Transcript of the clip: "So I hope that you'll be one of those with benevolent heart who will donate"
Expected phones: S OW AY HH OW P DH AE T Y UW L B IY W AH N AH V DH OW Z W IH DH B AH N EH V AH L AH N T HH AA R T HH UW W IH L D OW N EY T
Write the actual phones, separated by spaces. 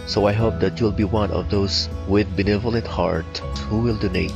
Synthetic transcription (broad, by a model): S OW AY HH OW P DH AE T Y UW L B IY W AH N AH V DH OW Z W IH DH B AH N EH V AH L AH N T HH AA R T HH UW W IH L D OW N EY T